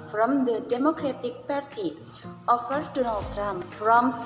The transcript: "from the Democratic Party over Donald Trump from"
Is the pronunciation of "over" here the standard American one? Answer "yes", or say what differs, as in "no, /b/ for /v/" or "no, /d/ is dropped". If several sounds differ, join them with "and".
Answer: no, /f/ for /v/